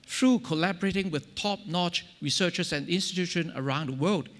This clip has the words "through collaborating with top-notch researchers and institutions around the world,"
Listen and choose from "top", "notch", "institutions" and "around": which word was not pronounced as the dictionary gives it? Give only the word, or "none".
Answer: institutions